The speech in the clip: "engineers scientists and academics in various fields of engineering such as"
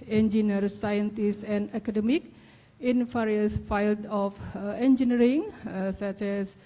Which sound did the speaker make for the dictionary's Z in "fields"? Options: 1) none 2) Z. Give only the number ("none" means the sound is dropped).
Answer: 1